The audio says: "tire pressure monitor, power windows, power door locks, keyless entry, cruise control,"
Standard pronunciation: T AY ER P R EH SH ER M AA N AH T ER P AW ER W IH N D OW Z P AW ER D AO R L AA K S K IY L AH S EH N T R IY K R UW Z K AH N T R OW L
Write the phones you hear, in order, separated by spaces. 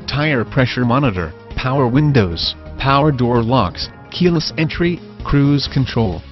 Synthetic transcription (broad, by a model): T AY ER P R EH SH ER M AA N AH T ER P AW ER W IH N D OW Z P AW ER D AO R L AA K S K IY L AH S EH N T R IY K R UW Z K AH N T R OW L